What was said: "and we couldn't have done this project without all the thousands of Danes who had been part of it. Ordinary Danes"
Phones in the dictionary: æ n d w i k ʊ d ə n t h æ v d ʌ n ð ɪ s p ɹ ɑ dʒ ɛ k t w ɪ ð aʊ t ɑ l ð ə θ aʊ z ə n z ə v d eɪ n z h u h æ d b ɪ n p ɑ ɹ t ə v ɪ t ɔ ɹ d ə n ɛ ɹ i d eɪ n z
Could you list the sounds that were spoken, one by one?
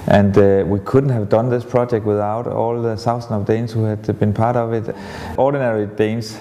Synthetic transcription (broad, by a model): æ n d w i k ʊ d n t h æ v d ʌ n ð ɪ s p ɹ ɑ dʒ ɛ k t w ɪ ð aʊ t ɑ l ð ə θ aʊ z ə n ə v d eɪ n s h u h æ d b ɪ n p ɑ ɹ t ə v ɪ t ɔ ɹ d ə n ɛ ɹ i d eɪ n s